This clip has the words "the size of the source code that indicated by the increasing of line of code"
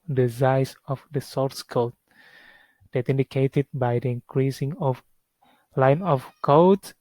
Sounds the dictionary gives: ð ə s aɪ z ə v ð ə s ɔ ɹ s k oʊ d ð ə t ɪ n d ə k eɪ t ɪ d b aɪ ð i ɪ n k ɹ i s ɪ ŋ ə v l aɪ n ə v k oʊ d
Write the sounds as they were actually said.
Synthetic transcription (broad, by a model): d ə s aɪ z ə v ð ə s ɔ ɹ s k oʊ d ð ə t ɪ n d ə k eɪ t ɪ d b aɪ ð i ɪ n k ɹ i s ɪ ŋ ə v l aɪ n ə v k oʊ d